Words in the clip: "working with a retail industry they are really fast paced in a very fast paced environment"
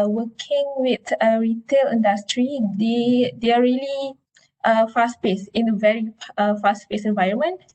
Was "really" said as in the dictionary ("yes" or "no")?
no